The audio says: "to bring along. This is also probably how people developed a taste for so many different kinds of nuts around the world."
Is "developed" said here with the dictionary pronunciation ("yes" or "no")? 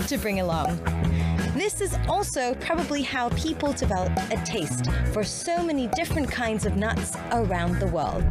no